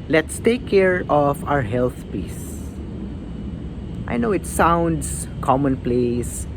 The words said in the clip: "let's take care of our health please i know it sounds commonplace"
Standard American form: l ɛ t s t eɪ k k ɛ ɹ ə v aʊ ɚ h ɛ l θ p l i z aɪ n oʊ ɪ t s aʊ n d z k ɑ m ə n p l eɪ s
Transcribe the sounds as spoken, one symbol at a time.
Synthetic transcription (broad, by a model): l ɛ t s t eɪ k k ɛ ɹ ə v aʊ ɚ h ɛ l θ p i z aɪ n oʊ ɪ t s aʊ n d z k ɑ m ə n p l eɪ s